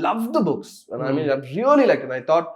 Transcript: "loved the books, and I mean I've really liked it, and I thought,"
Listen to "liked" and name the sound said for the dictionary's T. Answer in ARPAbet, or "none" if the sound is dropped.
none